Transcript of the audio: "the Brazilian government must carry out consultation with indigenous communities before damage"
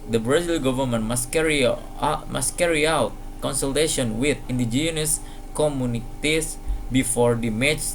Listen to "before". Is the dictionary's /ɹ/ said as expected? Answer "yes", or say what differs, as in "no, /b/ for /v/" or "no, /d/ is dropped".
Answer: yes